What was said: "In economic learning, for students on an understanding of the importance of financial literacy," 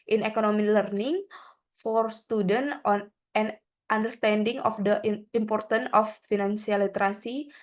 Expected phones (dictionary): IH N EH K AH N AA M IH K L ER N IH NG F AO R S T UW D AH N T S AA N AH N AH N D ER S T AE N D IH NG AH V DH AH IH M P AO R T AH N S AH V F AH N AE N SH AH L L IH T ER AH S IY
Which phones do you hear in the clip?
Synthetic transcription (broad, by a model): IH N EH K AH N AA M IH L ER N IH NG F AO R S T UW D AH N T AA N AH N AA N D ER S T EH N D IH NG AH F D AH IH M P AO R T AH N AH F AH N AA N S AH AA L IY T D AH S IY